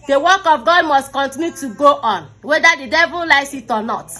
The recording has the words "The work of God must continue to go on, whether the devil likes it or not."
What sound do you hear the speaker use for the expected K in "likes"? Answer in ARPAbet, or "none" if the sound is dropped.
none